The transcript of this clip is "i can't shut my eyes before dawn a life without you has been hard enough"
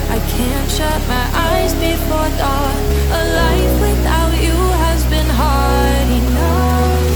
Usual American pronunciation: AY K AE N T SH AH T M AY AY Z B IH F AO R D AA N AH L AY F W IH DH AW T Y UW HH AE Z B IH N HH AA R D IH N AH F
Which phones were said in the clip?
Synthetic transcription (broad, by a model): AY K AE N T SH AH T M AY AY Z B IH F AO R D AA AH L AY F W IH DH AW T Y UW HH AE Z B IH N HH AA R D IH N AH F